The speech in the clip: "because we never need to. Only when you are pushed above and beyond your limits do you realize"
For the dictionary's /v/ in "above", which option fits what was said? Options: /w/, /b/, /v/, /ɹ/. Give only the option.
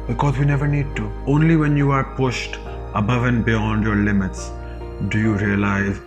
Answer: /v/